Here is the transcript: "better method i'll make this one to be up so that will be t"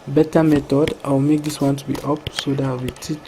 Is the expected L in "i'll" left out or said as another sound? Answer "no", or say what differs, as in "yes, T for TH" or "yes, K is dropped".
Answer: yes, W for L